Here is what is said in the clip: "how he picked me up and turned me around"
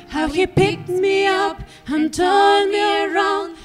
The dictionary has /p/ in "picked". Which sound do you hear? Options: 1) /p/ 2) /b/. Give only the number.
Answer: 1